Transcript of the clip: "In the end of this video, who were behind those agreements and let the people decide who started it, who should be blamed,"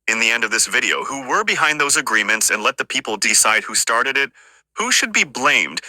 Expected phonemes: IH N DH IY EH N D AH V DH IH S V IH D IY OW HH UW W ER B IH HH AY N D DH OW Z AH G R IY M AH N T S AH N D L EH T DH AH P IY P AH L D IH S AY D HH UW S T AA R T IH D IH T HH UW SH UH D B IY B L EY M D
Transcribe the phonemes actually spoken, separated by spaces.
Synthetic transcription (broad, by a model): IH N DH IY EH N D AH V DH IH S V IH D IY OW HH UW W ER B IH HH AY N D DH OW Z AH G R IY M AH N T S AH N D L EH T DH AH P IY P L D IH S AY D HH UW S T AA R T IH D IH T HH UW SH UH D B IY B L EY M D